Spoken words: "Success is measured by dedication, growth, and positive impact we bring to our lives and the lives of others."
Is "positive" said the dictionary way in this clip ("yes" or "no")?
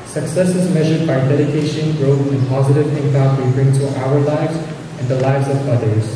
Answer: yes